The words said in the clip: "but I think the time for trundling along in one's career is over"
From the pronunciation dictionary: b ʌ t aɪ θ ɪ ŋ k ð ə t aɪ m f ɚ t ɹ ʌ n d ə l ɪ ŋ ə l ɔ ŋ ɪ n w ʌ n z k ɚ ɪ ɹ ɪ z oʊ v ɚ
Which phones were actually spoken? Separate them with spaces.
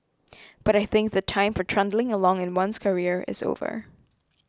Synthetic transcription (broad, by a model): b ʌ t aɪ θ ɪ ŋ k ð ə t aɪ m f ɚ t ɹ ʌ n d l ɪ ŋ ə l ɔ ŋ ɪ n w ʌ n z k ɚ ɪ ɹ ɪ z oʊ v ɚ